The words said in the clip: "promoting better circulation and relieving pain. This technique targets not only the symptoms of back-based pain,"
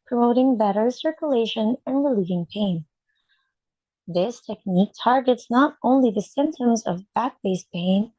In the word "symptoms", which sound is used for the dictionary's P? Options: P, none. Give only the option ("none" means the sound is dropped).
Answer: P